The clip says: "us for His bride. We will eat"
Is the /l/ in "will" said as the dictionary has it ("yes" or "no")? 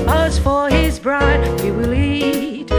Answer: yes